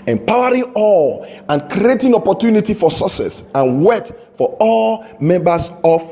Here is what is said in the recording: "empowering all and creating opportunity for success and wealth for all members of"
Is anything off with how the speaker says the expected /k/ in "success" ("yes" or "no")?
yes